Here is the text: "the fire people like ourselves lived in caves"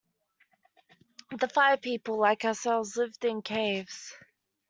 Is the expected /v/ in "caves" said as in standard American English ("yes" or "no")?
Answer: yes